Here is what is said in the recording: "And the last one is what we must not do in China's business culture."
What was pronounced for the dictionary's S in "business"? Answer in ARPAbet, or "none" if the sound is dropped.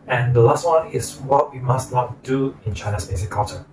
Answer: none